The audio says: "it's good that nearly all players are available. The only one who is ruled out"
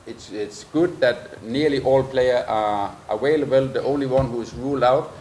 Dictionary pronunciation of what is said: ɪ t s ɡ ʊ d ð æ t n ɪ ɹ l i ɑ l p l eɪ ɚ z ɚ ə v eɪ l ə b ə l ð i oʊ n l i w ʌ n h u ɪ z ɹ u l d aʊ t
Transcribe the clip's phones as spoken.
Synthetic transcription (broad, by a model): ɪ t s ɡ ʊ d ð æ t n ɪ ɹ l i ɑ l p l eɪ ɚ ɚ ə w eɪ l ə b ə l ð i oʊ n l i w ʌ n h u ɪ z ɹ u l d aʊ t